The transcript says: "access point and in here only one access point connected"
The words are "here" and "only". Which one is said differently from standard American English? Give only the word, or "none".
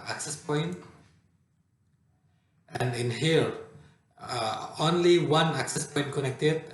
here